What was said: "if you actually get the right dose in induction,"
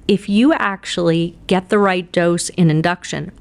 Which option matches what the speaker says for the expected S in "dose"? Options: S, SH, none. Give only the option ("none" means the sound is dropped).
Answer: S